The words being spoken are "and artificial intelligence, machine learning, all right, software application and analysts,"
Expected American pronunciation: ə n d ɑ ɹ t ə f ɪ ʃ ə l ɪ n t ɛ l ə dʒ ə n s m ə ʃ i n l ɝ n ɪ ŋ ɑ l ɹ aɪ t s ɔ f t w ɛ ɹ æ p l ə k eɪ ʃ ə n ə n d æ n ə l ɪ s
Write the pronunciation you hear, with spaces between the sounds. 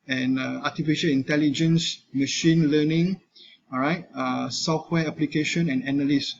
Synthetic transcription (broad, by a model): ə n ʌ ɑ t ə f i ʃ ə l ɪ n t ɛ l ə dʒ ə n s m ə ʃ i n l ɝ n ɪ ŋ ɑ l ɹ aɪ t s ɔ f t w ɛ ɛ p l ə k eɪ ʃ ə n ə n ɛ n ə l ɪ s